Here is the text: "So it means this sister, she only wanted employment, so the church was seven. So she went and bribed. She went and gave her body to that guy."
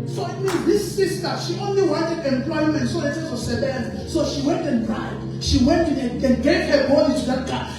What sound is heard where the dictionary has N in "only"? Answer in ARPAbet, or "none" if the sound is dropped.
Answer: N